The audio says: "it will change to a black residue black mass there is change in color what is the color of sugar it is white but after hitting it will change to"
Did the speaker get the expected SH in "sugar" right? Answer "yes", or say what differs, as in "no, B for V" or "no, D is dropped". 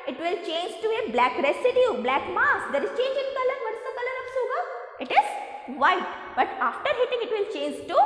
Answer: no, S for SH